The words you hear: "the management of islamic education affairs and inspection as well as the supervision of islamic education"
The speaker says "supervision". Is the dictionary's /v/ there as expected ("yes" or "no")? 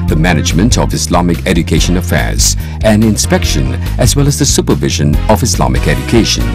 yes